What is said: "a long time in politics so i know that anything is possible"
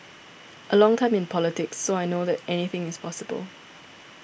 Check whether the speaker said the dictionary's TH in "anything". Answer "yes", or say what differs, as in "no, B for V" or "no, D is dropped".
yes